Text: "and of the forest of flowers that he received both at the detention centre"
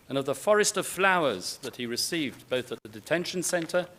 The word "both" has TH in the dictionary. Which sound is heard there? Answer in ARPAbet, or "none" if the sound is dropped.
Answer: TH